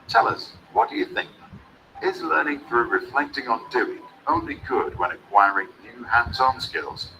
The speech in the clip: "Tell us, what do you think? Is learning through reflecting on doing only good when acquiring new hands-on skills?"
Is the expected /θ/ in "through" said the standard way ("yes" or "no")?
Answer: yes